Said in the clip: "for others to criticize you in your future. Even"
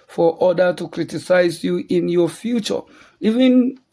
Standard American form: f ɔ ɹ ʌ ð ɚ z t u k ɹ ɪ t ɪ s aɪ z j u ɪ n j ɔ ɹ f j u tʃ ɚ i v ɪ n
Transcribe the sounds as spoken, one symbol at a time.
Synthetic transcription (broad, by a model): f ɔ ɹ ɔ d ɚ t u k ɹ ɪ t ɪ s aɪ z j u ɪ n j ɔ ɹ f j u tʃ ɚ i v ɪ n